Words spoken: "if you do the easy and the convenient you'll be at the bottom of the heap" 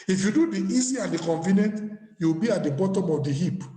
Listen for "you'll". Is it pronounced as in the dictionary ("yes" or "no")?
no